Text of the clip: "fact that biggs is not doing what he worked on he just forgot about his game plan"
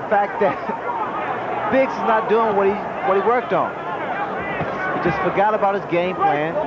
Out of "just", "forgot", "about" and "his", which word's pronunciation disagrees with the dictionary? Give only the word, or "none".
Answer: none